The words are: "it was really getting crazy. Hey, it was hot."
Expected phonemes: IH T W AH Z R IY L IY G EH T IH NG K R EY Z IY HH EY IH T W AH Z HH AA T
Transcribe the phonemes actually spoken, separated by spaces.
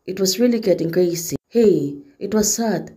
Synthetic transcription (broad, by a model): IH T W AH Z R IY L IY G EH T IH NG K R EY S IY HH EY IH T W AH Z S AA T